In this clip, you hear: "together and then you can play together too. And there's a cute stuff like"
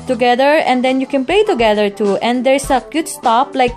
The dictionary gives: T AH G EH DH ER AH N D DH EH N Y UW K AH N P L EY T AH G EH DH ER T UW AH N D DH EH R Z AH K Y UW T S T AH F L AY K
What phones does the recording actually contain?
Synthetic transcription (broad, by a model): T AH G EH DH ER AH N D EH N Y UW K AH N P L EY T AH G EH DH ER T UW AH N D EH R S AH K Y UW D S T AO P L AY K